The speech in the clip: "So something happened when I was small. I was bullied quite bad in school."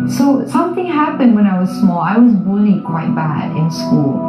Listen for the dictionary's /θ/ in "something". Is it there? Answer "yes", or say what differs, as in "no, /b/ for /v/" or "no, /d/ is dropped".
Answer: yes